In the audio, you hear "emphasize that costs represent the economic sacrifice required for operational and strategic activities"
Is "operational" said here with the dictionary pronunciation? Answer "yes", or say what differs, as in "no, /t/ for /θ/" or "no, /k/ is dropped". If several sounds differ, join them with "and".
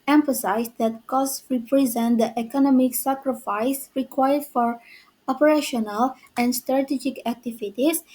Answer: yes